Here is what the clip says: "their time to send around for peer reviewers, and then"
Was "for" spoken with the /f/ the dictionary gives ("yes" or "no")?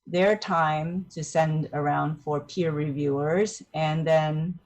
yes